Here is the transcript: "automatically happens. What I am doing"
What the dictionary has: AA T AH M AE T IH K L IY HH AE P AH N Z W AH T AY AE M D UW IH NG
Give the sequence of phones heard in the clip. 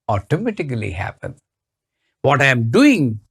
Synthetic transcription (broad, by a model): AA T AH M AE T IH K L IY HH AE P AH N W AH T AY M D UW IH NG